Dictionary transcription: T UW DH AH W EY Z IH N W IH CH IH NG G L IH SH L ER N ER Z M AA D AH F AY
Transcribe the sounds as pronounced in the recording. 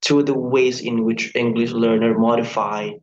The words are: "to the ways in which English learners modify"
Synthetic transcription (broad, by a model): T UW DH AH W EY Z IH N W IH CH IH NG G L IH SH L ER N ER M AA D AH F AY